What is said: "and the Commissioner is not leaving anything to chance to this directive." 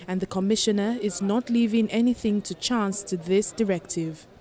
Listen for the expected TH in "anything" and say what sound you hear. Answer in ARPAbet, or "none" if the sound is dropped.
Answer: TH